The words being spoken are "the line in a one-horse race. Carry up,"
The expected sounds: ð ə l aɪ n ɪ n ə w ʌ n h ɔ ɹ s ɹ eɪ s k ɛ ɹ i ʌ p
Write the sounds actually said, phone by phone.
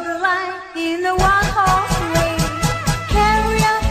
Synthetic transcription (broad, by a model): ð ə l aɪ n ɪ n ə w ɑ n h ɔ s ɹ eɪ k ɛ ɹ i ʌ